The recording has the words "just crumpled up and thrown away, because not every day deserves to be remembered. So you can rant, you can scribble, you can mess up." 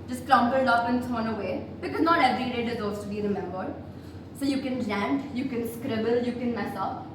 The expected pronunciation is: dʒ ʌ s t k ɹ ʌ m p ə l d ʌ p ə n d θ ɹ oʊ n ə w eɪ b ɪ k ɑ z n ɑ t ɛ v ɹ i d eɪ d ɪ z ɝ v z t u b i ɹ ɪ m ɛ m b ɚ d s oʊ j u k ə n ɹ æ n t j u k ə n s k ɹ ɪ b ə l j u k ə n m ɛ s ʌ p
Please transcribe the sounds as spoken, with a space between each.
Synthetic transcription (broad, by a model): dʒ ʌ s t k ɹ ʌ m b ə l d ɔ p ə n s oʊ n ə w eɪ b ɪ k ɑ z n ɑ t ɛ v ɹ i d eɪ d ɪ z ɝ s t u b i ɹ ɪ m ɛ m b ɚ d s oʊ j u k ə n l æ n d j u k ə n s k ɹ ɪ b ə l j u k ə n m ɛ s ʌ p